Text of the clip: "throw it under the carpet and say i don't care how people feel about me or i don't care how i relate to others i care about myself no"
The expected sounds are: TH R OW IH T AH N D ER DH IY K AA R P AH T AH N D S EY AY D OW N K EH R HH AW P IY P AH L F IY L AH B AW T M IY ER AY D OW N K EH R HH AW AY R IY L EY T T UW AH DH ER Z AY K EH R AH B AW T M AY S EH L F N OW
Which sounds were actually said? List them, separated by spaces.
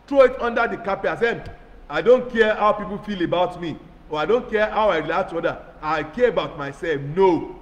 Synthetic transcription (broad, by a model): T R OW IH T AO N D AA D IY K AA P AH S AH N AY D OW N K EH HH AW P IY P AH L F IY L AH B AW T M IY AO AY D OW N K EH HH AW AY R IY L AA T T UW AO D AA AY K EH AH B AW T M AY S EH L F N OW